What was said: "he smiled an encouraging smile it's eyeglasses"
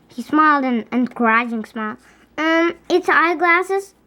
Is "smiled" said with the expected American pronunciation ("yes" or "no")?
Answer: yes